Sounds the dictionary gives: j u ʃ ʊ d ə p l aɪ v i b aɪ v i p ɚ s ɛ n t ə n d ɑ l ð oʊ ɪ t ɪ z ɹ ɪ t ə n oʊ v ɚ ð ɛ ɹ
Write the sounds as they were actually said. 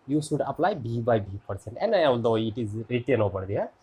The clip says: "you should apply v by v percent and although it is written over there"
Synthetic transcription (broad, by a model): j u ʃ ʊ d ə p l aɪ b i b aɪ b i p ɚ s ɛ n t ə n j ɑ l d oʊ ɪ t ɪ z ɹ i t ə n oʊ p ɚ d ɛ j